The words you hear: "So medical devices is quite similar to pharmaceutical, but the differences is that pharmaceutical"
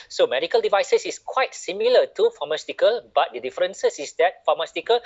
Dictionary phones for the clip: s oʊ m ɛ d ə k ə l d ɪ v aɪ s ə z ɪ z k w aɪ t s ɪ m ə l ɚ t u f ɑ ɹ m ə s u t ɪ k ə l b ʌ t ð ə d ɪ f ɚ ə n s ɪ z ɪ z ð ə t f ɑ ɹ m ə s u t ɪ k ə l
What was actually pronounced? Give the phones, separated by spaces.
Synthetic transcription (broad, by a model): s oʊ m ɛ d ə k ə l d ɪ v aɪ s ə s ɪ s k w aɪ t s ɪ m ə l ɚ t u f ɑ m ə s t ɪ k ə l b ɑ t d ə d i f ɚ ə n s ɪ s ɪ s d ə t f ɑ m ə s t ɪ k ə l